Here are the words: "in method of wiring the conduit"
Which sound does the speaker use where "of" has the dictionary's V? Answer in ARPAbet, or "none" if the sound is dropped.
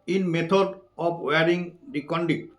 P